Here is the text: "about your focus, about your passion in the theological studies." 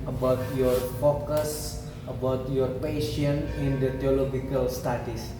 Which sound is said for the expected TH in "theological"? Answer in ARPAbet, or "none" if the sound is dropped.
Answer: T